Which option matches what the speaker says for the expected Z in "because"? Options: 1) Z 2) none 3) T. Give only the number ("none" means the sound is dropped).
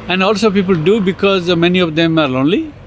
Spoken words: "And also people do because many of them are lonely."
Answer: 1